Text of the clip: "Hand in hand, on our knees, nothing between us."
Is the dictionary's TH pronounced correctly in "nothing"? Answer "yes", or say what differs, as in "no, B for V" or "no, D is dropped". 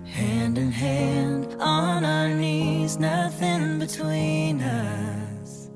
yes